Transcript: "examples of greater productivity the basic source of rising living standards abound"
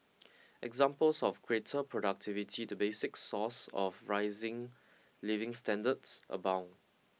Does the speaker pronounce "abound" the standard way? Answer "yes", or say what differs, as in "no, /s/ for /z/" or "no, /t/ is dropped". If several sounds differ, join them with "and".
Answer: no, /d/ is dropped